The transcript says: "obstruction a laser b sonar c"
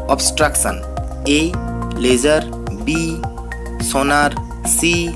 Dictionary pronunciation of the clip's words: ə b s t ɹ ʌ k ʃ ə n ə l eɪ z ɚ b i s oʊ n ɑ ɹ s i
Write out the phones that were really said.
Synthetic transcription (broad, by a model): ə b s t ɹ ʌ k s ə n ə l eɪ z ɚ b i s oʊ n ɑ ɹ s i